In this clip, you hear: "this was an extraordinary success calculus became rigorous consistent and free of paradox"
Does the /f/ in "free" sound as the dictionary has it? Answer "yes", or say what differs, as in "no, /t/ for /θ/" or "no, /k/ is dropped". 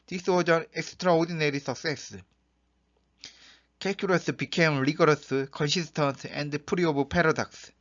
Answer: no, /p/ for /f/